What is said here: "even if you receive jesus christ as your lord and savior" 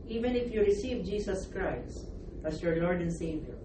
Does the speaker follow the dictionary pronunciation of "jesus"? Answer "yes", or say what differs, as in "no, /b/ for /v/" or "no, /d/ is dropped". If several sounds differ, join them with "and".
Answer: no, /s/ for /z/